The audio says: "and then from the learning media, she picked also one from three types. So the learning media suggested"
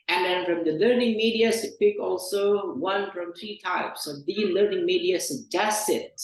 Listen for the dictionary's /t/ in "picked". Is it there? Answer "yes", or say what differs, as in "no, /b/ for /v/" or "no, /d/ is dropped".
no, /t/ is dropped